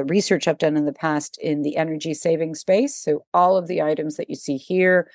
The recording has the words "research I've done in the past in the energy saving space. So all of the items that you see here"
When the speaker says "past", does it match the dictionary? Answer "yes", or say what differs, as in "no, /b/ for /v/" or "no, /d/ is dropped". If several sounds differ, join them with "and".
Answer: yes